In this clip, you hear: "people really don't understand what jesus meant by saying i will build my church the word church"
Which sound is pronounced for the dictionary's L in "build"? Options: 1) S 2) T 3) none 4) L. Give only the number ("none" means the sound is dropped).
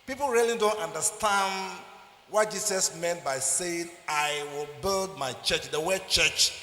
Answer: 4